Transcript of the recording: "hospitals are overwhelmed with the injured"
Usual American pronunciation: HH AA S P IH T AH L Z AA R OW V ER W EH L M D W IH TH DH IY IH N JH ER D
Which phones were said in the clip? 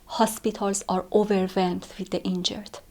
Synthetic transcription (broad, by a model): HH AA S P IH T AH L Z AA R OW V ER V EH M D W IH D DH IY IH N JH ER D